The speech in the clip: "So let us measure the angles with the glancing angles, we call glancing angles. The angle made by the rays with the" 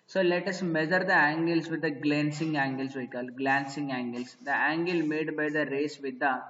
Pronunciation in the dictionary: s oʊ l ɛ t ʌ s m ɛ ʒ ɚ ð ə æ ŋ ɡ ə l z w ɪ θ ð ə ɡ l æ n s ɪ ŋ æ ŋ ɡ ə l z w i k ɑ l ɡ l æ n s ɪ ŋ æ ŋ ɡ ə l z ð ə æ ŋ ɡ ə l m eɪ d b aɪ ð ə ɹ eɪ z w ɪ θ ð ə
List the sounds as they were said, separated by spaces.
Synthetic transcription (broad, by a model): s oʊ l ɛ t ʌ s m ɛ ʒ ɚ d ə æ ŋ ɡ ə l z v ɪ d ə ɡ l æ n s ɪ ŋ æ ŋ ɡ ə l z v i k ɑ l ɡ l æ n s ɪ ŋ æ ŋ ɡ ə l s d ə æ ŋ ɡ ə l m eɪ d b aɪ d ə ɹ eɪ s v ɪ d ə